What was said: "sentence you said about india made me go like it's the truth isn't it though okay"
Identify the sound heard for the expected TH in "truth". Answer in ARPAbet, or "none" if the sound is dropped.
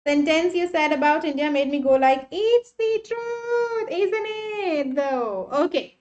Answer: T